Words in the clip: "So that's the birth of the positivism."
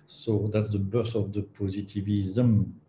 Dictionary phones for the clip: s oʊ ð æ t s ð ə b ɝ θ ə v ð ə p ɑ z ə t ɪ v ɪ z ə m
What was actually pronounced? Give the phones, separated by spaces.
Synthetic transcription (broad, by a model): s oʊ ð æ t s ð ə b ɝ s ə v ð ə p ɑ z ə t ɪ v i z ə m